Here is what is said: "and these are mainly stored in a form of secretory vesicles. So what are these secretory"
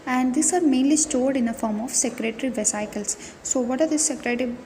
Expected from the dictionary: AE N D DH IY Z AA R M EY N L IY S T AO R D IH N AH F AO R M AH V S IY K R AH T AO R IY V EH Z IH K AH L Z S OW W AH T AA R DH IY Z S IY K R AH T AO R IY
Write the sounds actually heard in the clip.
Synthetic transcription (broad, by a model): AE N D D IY S AA R M EY N L IY S T AO R D IH N AH F AO R M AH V S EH K R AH T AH R IY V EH S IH K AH L S OW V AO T AA R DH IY S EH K R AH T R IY